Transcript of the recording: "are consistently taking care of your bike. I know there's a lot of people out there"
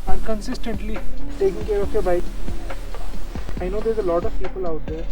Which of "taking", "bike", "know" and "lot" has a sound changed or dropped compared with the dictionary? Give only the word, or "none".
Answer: bike